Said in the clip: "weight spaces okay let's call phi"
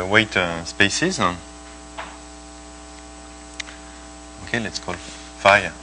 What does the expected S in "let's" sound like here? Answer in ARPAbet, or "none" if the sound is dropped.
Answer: S